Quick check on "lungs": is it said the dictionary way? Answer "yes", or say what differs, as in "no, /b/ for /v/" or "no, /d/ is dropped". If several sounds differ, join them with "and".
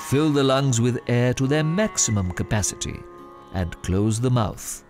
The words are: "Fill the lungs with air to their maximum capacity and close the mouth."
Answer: yes